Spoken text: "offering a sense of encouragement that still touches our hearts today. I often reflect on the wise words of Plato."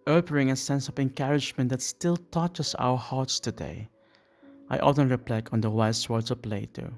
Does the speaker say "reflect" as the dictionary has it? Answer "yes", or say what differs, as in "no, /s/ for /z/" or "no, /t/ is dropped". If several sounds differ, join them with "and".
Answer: no, /p/ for /f/ and /t/ is dropped